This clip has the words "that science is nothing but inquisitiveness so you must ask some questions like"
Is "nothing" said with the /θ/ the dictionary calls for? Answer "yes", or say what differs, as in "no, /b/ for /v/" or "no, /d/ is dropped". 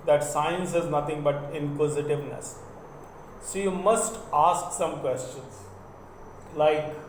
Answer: no, /t/ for /θ/